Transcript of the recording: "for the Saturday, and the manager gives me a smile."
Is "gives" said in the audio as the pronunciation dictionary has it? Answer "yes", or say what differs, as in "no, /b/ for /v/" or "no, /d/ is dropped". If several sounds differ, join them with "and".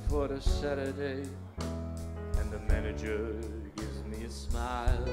yes